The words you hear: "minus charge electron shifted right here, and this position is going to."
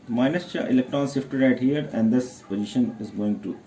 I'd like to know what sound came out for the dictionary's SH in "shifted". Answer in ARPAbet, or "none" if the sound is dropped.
S